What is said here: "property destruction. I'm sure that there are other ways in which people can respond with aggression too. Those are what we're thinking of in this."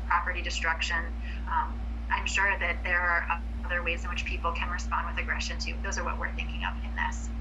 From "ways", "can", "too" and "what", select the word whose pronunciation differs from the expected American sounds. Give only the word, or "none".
none